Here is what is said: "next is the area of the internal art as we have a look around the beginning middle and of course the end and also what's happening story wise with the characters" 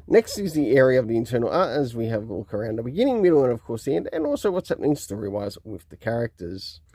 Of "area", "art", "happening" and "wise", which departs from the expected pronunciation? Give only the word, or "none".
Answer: none